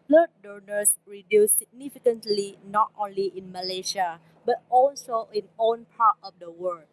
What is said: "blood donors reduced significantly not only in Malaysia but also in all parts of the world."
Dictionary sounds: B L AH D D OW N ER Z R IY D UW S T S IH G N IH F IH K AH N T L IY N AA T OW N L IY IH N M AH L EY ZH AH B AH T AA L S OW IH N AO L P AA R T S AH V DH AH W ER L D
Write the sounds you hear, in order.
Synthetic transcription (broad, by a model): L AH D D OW N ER S R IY D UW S S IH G N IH F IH K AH N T L IY N AA T OW N L IY IH N M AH L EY SH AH B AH T AA L S OW IH N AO N P AA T AH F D AH W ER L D